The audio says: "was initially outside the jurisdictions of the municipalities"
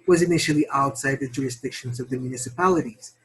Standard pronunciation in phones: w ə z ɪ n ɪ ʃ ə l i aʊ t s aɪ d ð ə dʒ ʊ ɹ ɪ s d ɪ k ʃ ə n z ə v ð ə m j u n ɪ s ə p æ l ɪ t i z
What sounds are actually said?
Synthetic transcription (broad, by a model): w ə z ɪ n ɪ ʃ l i aʊ t s aɪ d ð ə dʒ ʊ ɹ ɪ s d ɪ k ʃ ə n z ə v ð ə m j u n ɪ s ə p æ l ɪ t i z